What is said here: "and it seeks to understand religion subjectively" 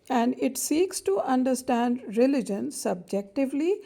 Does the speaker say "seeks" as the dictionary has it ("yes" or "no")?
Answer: yes